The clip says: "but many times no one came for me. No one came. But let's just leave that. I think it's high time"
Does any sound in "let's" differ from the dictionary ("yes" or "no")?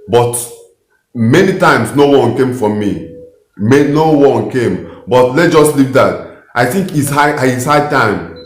yes